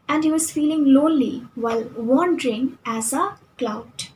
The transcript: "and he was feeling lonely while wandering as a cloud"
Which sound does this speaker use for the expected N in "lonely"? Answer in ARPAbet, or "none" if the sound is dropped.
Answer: none